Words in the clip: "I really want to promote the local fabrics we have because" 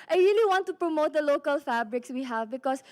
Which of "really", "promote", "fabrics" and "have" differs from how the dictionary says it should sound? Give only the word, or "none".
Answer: none